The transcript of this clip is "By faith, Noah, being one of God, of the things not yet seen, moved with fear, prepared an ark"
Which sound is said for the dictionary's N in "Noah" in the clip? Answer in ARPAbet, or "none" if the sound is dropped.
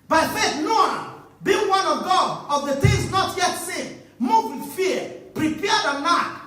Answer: N